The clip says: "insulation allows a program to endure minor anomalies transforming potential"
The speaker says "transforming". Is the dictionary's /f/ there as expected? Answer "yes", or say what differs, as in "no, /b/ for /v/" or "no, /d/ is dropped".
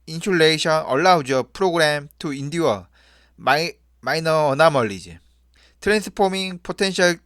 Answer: no, /p/ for /f/